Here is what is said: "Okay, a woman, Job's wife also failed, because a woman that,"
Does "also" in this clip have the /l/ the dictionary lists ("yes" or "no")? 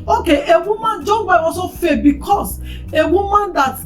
no